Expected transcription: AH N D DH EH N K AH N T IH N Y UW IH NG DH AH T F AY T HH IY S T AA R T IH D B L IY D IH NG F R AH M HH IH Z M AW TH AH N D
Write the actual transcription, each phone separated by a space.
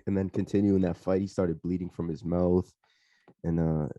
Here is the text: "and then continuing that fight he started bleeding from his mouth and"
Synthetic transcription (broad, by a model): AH N DH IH N K AH N T IH N Y UW IH NG DH AH T F AY T HH IY S T AA R T IH D B L IY D IH NG F R AH M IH Z M AW TH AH N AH